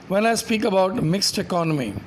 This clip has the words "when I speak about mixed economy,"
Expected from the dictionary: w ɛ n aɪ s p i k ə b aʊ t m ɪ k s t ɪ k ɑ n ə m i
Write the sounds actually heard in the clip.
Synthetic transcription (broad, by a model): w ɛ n aɪ s p i k ə b aʊ t m ɪ k s t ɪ k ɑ n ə m i